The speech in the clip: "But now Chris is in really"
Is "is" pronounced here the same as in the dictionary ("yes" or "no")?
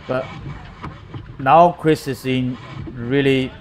no